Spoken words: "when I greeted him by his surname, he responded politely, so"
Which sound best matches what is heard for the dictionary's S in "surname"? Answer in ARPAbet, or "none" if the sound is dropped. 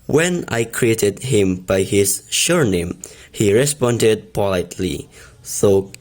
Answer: SH